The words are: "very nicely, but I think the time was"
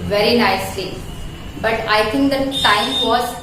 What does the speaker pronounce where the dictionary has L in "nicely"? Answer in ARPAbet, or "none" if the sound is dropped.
none